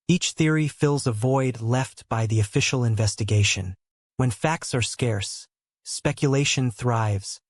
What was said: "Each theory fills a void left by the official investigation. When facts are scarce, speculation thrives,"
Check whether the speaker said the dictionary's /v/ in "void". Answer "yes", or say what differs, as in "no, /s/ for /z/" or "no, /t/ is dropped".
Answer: yes